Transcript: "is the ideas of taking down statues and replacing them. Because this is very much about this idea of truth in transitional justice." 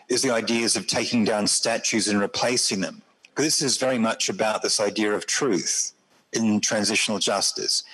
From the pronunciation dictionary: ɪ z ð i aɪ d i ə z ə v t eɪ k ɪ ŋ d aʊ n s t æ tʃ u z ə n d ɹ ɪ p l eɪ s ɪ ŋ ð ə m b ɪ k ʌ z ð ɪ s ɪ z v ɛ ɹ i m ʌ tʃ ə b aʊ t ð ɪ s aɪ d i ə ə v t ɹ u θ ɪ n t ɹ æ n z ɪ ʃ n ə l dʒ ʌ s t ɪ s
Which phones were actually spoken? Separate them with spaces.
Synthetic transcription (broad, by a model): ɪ z ð i aɪ d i z ə v t eɪ k ɪ ŋ d aʊ n s t æ tʃ u z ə n ɹ ɪ p l eɪ s ɪ ŋ ð ə m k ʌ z ð ɪ s ɪ z v ɛ ɹ i m ʌ tʃ ə b aʊ t ð ɪ s aɪ d i ə ə v t ɹ u θ ɪ n t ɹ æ n z ɪ ʃ n l dʒ ʌ s t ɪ s